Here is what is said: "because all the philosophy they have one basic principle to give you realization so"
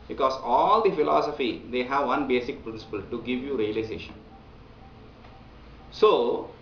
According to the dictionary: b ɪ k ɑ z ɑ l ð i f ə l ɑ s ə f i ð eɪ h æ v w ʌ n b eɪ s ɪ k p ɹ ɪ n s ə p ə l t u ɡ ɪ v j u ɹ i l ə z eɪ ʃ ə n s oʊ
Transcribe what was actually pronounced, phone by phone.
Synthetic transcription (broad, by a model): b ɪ k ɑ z ɑ l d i f ə l ɑ s ə f i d eɪ h æ v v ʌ n b eɪ s ɪ k p ɹ ɪ n s ə p ə l t u ɡ ɪ v j u ɹ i l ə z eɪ ʃ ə n s oʊ